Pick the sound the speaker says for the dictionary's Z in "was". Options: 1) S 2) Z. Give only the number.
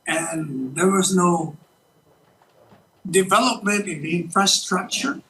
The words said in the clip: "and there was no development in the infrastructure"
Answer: 2